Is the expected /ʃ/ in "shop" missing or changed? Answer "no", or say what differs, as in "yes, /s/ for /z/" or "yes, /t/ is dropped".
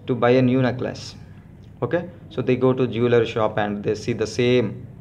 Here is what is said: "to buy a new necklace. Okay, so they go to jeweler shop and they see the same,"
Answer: no